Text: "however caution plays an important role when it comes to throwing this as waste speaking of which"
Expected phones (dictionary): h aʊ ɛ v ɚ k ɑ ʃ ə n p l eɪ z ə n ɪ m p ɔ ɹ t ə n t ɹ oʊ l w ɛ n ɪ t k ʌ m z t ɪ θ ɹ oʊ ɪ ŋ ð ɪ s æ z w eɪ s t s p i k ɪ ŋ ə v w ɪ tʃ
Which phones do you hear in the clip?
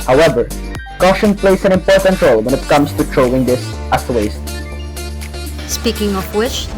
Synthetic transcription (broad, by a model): h aʊ ɛ v ɚ k ɑ ʃ ə n p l eɪ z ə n ɪ m p ɔ ɹ t ə n t ɹ oʊ l w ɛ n ɪ t k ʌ m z t ɪ t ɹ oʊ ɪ ŋ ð ɪ s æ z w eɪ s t s p i k ɪ ŋ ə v w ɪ tʃ